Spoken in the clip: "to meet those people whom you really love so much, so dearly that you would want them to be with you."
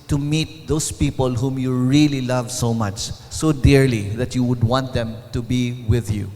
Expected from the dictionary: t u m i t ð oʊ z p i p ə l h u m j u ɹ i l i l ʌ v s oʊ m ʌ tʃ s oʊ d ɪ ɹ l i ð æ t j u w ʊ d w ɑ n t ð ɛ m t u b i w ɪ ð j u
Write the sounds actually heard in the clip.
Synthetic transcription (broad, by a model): t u m i t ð oʊ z p i p ə l h u m j u ɹ i l i l ʌ v s oʊ m ʌ tʃ s oʊ d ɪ ɹ l i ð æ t j u w ʊ d w ɑ n t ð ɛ m t u b i w ɪ ð j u